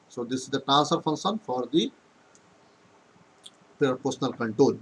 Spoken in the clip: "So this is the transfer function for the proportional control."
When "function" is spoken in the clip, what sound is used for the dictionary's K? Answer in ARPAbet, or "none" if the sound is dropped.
K